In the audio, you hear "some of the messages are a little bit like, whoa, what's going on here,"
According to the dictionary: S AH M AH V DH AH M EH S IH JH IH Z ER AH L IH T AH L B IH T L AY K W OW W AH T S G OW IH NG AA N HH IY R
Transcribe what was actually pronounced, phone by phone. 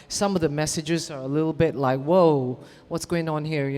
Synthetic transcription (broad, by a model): S AH M AH V DH AH M EH S IH JH IH Z ER AH L IH T L B IH T L AY K W OW W AH T S G OW IH NG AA N HH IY R